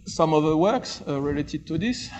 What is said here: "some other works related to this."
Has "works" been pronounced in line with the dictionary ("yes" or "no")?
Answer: yes